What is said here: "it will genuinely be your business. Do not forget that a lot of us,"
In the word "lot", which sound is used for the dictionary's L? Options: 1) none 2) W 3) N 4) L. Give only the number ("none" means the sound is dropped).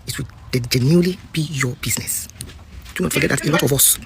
3